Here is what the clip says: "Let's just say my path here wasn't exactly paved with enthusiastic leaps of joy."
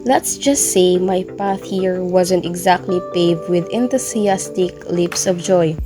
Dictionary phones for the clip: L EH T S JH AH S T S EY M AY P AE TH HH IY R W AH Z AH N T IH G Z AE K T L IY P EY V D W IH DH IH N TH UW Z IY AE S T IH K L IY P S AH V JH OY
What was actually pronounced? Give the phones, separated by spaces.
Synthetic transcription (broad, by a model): L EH T S JH AH S T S EY M AY P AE TH HH IY R W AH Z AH N T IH G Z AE K T L IY P EY V D W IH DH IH N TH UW S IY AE S T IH K L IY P S AH V JH OY